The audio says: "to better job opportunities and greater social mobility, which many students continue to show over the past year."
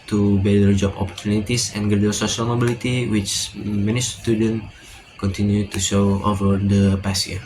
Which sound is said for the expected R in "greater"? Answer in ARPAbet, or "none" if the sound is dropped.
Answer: none